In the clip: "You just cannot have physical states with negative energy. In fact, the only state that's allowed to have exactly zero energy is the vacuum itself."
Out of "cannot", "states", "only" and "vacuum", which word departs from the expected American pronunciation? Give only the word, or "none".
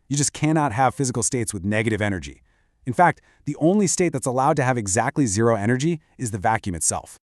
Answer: none